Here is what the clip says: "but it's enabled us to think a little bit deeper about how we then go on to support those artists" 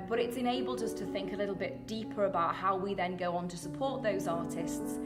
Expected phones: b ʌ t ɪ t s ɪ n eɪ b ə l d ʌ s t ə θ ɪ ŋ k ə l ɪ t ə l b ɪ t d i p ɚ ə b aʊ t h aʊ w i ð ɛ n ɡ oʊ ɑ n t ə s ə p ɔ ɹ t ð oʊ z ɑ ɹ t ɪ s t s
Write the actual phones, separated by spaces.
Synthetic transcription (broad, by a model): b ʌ t ɪ t s ɪ n eɪ b ə l d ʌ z t ə θ ɪ ŋ k ə l ɪ t l b ɪ t d i p ɚ ə b aʊ t h aʊ w i ð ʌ n ɡ oʊ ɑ n t ə s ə p ɔ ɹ t ð oʊ z ɑ t ɪ s t s